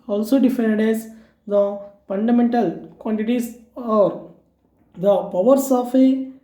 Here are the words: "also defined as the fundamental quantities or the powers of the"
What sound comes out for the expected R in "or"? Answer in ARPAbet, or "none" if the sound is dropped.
R